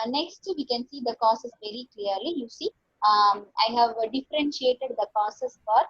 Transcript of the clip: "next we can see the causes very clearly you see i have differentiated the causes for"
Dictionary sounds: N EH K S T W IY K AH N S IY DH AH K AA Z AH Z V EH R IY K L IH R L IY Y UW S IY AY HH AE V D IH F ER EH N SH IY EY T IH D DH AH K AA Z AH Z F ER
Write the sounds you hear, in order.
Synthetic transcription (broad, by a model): N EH K S T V IY K AH N S IY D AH K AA S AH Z V EH R IY K L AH R L IY Y UW S IY AY HH AE V D IH F ER EH N SH IY EY T IH D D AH K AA S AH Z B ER